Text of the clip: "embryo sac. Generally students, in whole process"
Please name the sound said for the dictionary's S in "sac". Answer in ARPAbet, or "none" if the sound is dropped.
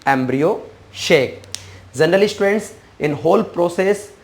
SH